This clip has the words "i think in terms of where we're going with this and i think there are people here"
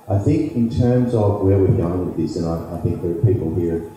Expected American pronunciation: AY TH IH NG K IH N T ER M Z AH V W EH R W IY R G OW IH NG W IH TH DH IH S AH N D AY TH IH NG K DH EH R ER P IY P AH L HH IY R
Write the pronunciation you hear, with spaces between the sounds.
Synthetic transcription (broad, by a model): AY TH IH NG K IH N T ER M Z AH V W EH R W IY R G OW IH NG W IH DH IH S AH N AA AY TH IH NG K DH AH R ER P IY P L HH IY R